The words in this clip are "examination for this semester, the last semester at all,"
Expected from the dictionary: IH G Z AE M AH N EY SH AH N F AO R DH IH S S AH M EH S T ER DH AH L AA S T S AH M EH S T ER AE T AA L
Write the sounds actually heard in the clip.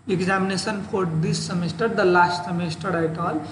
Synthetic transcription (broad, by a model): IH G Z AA M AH N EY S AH N P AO R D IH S S AH M EH S T ER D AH L AA S T S AH M EH S T ER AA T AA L